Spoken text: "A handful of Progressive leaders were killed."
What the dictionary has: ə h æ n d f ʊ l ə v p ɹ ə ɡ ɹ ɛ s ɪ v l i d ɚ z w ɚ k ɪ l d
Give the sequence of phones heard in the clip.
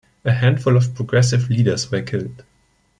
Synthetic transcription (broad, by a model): ə h æ n d f ʊ l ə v p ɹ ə ɡ ɹ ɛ s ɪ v l i d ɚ s w ɚ k ɪ l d